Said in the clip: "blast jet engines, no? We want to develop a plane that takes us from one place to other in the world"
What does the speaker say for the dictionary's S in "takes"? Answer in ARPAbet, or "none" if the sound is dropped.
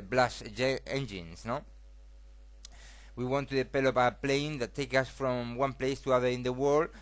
none